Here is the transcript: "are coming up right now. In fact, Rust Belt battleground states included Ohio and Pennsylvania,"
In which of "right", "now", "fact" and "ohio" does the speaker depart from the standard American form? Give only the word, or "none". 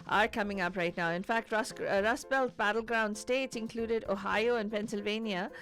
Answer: none